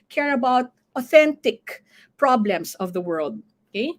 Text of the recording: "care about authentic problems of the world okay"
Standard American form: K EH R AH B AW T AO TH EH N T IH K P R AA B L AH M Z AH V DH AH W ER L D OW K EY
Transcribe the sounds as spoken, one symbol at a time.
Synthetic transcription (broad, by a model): K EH R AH B AW T AO TH EH N T IH K P R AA B L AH M S AH V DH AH W ER L D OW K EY